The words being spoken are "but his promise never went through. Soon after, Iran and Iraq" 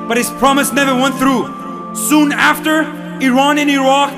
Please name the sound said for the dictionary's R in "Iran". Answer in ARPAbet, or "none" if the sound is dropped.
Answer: R